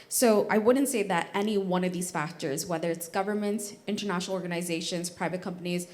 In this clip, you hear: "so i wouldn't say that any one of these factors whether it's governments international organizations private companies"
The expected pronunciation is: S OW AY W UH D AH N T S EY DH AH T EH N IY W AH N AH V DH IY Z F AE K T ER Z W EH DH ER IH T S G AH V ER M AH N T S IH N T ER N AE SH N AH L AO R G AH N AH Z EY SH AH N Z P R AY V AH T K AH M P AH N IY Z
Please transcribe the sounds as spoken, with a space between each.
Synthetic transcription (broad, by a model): S OW AY W UH D N T S EY DH AH T EH N IY W AH N AH V DH IY Z F AE K T ER Z W EH DH ER IH T S G AH V ER M AH N T S IH N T ER N AE SH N L AO R G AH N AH Z EY SH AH N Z P R AY V AH T K AH M P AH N IY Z